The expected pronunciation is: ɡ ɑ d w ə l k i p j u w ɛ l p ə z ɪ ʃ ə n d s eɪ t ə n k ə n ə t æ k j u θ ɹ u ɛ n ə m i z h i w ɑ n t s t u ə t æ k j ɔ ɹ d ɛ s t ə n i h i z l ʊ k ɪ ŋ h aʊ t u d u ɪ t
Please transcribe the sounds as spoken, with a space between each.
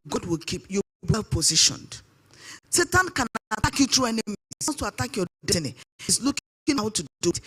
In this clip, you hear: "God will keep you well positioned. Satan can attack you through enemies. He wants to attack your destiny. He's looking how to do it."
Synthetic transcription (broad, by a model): ɡ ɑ d w ə l k i p j u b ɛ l p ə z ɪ ʃ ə n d s eɪ t ə n k ə n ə t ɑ k j u t ɹ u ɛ n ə m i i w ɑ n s t u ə t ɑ k j ɔ d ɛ t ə n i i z l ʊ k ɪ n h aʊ t u d u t